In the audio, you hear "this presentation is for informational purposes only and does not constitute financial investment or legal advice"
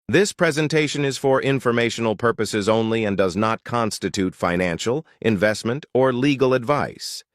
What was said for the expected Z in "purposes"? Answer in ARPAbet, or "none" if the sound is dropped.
Z